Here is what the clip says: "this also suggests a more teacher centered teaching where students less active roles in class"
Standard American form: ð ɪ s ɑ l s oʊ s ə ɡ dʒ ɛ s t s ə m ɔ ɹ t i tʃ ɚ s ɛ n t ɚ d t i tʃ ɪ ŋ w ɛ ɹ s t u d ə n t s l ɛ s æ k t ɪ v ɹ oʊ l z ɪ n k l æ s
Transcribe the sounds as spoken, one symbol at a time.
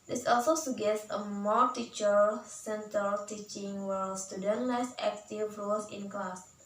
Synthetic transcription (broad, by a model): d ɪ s ɑ l s oʊ s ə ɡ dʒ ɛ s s ə m ɔ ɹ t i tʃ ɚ s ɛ n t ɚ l t i tʃ ɪ ŋ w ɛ l s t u d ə n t l ɛ s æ k t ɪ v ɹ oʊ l s ɪ n k l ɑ s